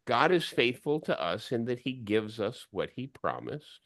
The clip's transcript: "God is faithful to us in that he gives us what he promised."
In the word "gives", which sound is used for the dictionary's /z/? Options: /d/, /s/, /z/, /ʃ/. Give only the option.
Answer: /z/